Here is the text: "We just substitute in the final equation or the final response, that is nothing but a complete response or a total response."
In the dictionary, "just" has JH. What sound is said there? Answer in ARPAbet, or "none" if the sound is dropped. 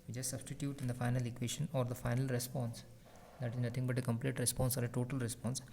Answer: CH